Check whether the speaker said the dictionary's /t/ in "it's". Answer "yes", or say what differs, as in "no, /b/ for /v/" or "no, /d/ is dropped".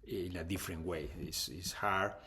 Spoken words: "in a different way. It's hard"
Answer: no, /s/ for /t/